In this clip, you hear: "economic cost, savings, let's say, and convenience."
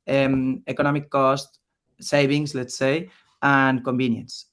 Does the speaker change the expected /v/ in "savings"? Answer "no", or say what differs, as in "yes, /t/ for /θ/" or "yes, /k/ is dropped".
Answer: yes, /b/ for /v/